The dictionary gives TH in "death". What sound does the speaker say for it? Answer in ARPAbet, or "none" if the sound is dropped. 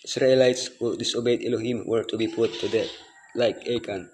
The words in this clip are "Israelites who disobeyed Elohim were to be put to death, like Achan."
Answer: T